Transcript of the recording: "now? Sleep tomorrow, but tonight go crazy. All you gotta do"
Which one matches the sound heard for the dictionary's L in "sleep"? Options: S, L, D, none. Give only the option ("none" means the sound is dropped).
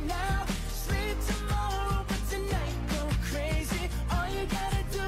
L